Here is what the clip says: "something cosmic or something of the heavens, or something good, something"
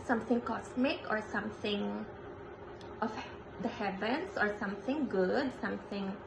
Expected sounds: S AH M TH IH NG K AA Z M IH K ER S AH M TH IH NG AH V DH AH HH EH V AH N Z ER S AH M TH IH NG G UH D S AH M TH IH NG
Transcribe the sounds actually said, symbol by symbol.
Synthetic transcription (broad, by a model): S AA M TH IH NG K AA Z M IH K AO S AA M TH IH NG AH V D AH HH EH V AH N S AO S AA M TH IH NG G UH D S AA M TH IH NG